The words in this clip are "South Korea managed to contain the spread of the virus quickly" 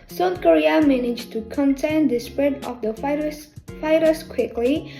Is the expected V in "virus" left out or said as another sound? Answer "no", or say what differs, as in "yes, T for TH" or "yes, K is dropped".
yes, F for V